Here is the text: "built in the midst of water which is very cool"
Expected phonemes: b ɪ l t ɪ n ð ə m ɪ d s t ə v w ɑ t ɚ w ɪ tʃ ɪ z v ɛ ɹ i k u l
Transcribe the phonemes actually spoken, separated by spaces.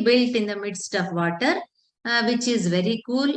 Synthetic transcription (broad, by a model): b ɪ l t ɪ n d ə m ɪ d s t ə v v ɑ t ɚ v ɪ tʃ ɪ z v ɛ ɹ i k u l